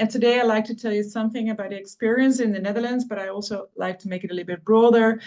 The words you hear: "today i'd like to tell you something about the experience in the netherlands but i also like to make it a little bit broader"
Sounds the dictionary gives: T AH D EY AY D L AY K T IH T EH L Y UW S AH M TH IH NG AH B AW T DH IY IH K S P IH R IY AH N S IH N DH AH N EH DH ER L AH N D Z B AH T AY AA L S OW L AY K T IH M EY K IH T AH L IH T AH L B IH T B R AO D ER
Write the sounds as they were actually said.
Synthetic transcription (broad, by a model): T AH D EY AY L AY K T IH T EH L Y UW S AH M TH IH NG AH B AW T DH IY IH K S P IH R IY AH N S IH N DH AH N EH DH ER L AH N D Z B AH T AY AA L S OW L AY K T IH M EY K IH T AH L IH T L B IH T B R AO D ER